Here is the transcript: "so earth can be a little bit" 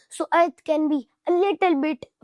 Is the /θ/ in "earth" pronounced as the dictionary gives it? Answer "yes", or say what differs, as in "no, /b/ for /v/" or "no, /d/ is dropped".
no, /t/ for /θ/